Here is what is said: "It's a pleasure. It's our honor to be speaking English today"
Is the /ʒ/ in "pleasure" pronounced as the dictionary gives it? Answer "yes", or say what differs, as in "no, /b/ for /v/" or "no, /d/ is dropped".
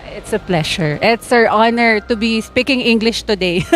no, /ʃ/ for /ʒ/